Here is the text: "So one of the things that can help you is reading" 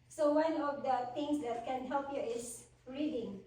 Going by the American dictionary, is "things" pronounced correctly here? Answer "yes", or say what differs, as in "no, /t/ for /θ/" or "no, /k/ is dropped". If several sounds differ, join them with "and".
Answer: no, /t/ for /θ/